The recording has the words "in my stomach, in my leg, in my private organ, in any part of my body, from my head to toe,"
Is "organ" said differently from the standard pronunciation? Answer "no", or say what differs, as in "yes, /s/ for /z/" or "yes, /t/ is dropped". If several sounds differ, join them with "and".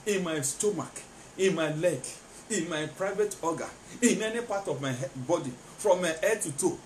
yes, /n/ is dropped